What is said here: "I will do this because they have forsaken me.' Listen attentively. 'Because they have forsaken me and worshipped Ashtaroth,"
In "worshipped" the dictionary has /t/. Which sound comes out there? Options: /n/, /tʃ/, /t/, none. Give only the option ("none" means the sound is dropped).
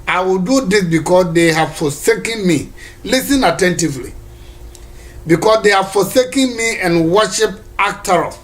none